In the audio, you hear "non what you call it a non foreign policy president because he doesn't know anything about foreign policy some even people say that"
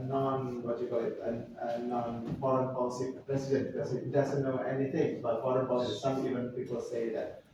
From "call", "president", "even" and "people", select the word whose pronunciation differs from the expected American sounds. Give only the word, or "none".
president